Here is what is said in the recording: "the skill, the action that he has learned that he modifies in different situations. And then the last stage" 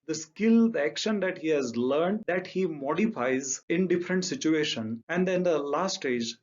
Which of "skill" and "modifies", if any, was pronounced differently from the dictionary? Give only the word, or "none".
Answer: none